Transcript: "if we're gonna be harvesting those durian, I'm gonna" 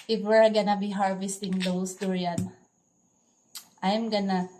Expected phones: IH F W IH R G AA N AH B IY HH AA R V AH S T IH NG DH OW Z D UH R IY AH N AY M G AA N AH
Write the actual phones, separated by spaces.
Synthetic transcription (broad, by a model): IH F W IH R G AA N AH B IY HH AA R V AH S T IH NG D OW S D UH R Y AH N AY M G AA N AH